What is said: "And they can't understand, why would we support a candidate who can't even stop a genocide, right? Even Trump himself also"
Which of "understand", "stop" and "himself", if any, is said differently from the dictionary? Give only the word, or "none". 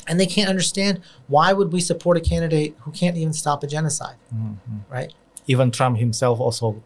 none